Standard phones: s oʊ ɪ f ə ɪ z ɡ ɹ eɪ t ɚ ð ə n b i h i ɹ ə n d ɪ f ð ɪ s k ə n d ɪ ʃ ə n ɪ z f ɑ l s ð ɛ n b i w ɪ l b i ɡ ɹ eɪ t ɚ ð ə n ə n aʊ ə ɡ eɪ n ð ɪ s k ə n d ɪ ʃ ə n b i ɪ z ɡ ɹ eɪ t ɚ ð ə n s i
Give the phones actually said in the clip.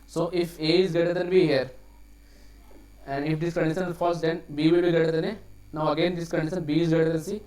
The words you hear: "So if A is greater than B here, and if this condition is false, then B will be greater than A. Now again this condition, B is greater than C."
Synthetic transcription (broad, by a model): s oʊ ɪ f ə ɪ z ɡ eɪ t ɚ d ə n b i h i ɹ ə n d ɪ f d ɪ s k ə n d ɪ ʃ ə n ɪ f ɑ s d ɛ n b i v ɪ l b i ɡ eɪ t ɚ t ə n ə n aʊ ə ɡ eɪ n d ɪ s k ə n d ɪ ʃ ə n b i ɪ z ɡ eɪ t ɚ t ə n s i